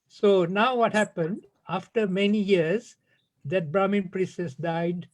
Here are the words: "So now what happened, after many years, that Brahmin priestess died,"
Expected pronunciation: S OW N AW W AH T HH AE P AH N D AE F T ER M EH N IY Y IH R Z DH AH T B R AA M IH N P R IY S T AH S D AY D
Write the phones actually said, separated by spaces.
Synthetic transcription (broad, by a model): S OW N AW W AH T HH AE P AH N D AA F T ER M EH N IY Y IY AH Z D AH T B R AA M IH N P R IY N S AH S D AY D